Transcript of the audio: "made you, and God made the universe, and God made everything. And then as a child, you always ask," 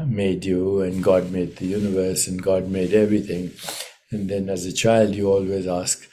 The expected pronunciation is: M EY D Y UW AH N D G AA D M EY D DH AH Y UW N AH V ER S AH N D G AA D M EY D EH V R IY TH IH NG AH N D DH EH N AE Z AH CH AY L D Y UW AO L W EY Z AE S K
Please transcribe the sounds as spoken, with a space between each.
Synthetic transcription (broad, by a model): M EY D Y UW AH N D G AA D M EY D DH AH Y UW N AH V ER S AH N G AA D M EY D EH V R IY T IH NG AH N D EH N AE Z AH CH AY L D Y UW AO L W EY Z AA S K